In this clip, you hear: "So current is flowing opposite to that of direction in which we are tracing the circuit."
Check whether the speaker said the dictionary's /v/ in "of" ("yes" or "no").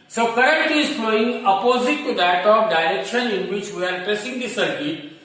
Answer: no